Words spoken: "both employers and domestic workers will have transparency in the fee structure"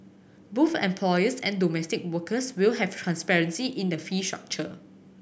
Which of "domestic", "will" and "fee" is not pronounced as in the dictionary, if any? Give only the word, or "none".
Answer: none